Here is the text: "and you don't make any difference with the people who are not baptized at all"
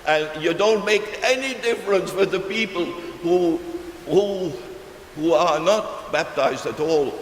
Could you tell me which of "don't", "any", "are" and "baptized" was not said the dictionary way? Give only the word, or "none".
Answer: none